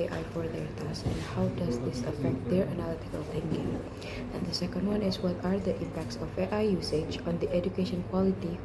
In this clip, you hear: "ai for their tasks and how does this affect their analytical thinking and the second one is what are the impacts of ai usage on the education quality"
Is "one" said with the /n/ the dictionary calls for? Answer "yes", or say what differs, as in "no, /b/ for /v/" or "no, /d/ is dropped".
yes